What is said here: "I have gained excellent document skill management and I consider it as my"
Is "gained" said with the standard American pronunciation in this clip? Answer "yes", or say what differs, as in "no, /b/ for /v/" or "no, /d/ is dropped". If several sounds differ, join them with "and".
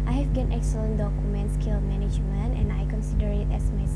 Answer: no, /d/ is dropped